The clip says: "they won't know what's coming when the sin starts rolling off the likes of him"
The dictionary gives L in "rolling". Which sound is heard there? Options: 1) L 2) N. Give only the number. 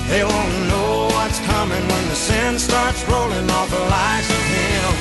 1